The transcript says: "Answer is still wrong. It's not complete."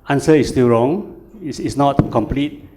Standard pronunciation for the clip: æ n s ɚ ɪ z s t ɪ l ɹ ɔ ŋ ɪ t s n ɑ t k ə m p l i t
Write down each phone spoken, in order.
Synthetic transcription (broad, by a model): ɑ n s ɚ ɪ s t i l ɹ ɔ ŋ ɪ s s n ɑ t k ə m p l i t